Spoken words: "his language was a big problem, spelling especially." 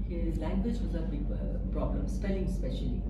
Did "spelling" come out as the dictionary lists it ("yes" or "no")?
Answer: yes